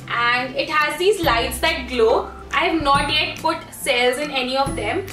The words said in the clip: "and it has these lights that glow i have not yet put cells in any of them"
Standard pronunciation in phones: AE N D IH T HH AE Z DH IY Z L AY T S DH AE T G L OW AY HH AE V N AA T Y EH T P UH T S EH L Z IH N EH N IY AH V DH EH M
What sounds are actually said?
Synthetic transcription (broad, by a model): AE N D IH T HH AE Z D IY Z L AY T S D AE T G L OW AY HH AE V N AA T Y EH T P UH T S EH L Z IH N EH N IY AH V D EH M